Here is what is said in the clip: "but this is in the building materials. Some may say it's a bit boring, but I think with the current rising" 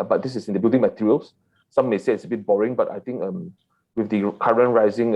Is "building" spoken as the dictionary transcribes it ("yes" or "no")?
no